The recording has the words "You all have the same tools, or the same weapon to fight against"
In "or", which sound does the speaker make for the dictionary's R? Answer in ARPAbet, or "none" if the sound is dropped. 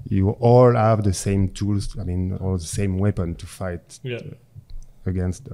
L